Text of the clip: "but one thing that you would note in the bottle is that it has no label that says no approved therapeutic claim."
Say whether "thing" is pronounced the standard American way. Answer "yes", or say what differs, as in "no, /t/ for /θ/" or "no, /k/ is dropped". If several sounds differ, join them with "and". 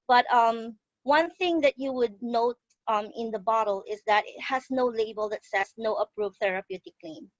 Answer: yes